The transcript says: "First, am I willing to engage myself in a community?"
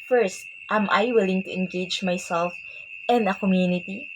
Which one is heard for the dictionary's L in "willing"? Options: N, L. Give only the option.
L